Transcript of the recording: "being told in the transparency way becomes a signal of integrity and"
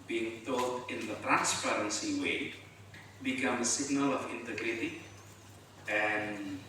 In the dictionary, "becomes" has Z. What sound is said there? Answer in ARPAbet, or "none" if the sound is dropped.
none